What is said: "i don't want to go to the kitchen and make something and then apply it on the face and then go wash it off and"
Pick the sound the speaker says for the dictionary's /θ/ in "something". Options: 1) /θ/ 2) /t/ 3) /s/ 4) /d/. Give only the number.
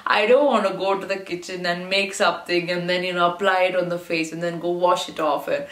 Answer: 2